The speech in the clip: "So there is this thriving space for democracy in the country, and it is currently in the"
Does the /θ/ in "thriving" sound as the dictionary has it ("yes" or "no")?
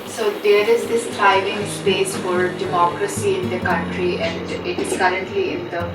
no